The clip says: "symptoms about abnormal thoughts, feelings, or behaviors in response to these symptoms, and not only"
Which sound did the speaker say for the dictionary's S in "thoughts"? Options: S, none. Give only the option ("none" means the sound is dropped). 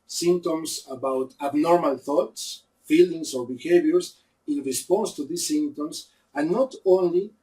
S